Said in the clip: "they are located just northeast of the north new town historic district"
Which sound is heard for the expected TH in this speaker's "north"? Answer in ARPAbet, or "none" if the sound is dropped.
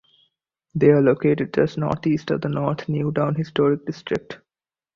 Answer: T